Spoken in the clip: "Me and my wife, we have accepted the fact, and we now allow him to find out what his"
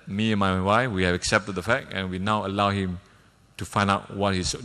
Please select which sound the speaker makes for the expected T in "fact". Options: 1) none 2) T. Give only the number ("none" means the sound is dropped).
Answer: 1